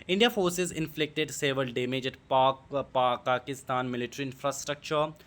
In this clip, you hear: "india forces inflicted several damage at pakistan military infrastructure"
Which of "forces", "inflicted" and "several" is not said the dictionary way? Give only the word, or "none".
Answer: several